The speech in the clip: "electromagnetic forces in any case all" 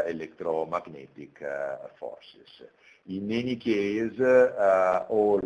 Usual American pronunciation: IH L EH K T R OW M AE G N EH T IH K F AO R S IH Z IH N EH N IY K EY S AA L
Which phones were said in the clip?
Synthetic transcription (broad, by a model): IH L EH K T R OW M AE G N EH T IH K F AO R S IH S IH N EH N IY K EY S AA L